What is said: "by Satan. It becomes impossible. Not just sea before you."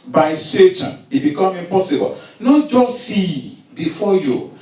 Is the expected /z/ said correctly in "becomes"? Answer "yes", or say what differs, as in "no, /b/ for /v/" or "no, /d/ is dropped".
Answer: no, /z/ is dropped